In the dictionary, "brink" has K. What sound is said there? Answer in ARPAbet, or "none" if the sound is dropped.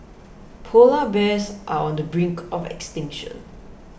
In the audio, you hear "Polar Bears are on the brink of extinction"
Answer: K